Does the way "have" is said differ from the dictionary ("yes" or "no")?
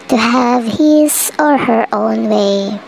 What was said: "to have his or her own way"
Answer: no